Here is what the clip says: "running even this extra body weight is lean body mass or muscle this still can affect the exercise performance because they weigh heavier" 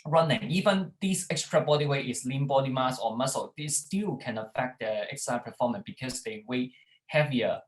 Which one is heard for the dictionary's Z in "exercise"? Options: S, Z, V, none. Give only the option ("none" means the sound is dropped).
none